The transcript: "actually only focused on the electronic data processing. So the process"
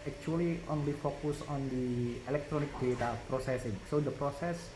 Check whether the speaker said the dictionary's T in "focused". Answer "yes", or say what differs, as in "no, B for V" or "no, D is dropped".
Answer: no, T is dropped